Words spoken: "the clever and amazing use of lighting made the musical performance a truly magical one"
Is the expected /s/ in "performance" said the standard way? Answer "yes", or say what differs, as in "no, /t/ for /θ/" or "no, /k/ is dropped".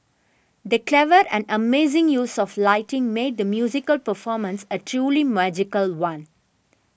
yes